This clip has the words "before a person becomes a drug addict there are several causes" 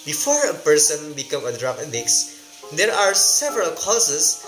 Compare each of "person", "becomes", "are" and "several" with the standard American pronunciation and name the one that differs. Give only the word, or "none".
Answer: becomes